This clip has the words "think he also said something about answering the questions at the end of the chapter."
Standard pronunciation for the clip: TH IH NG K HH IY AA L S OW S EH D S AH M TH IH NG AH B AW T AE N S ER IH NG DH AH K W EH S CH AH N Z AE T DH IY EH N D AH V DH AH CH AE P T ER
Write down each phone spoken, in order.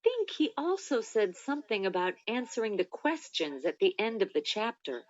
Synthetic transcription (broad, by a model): TH IH NG K HH IY AA L S OW S EH D S AH M TH IH NG AH B AW T AE N S ER IH NG DH AH K W EH S CH AH N Z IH T DH IY EH N D AH V DH AH CH AE P T ER